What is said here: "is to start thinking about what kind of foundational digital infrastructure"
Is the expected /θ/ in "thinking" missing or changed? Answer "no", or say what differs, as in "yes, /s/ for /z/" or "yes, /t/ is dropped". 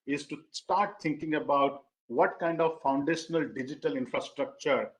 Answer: yes, /t/ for /θ/